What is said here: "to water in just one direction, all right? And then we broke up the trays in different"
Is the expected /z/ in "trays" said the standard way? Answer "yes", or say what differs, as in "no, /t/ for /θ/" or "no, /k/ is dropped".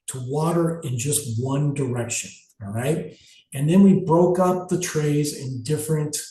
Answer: yes